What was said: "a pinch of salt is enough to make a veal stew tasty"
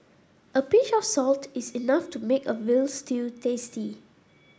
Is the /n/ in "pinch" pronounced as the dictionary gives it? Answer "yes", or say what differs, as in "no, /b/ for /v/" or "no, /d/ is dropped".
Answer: no, /n/ is dropped